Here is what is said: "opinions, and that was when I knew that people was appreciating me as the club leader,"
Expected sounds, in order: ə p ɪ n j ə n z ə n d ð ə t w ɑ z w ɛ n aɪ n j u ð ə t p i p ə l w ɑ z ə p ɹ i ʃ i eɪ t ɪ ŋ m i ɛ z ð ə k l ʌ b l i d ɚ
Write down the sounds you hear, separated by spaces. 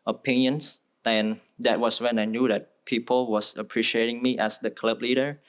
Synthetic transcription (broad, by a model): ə p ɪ n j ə n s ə n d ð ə t w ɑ s w ɛ n aɪ n j u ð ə t p i p ə l w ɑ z ə p ɹ i ʃ i eɪ t ɪ ŋ m i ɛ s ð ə k l ʌ b l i d ɚ